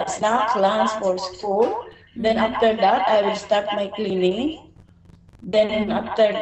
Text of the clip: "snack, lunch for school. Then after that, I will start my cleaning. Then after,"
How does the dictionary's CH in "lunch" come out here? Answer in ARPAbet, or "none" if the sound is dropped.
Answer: S